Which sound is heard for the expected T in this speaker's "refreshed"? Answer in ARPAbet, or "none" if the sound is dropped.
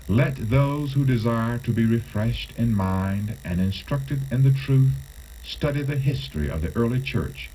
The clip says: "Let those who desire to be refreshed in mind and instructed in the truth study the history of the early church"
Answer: T